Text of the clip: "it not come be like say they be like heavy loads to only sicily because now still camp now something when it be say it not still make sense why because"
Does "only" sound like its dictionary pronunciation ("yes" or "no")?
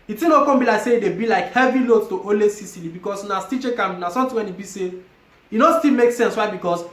no